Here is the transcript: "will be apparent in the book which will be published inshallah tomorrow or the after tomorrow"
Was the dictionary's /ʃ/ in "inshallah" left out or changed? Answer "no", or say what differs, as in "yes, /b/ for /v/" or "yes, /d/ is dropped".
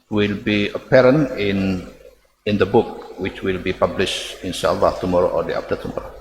yes, /s/ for /ʃ/